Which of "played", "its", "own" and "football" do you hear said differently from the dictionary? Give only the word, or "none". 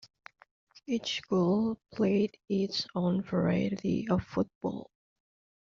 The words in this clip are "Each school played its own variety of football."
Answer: none